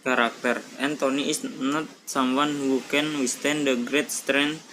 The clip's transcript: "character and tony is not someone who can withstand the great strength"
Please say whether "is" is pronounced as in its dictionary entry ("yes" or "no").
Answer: no